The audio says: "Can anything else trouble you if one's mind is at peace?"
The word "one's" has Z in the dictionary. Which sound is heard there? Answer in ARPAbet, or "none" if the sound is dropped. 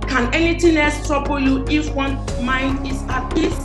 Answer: none